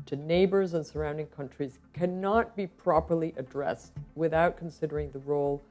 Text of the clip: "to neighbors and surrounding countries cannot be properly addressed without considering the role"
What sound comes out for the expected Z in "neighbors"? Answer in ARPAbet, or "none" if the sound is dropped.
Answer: Z